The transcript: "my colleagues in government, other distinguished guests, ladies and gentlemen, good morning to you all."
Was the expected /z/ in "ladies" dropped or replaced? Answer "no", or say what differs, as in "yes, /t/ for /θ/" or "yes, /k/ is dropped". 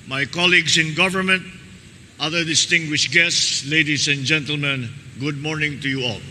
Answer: yes, /s/ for /z/